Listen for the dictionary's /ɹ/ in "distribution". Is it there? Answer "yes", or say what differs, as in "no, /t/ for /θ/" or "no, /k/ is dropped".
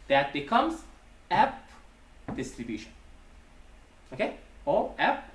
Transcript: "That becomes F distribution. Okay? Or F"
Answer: yes